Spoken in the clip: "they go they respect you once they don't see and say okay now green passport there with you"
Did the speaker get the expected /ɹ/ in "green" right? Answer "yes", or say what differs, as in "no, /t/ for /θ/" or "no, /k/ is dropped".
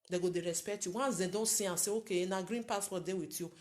yes